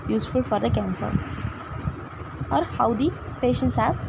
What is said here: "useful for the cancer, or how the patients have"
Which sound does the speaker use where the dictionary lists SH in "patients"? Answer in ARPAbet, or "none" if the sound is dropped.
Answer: SH